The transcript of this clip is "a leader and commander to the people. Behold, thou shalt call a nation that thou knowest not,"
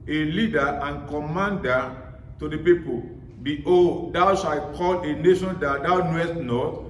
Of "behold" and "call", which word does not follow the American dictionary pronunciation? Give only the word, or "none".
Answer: behold